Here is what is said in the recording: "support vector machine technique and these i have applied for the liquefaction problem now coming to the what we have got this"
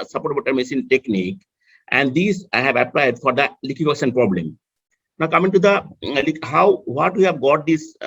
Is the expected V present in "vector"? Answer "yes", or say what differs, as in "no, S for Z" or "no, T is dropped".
no, B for V